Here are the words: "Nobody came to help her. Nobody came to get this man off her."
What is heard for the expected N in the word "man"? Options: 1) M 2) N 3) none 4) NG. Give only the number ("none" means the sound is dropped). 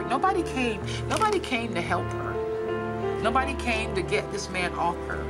2